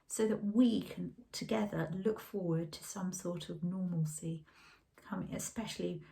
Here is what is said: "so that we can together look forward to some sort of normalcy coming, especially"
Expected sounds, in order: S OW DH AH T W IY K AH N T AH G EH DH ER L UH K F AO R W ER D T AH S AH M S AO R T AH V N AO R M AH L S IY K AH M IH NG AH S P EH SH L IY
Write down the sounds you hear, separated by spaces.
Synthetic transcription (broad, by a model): S OW DH AH T W IY K AH N T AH G EH DH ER L UH K F AO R W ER D T AH S AH M S AO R T AH V N AO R M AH L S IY K AH M IH NG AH S P EH SH L IY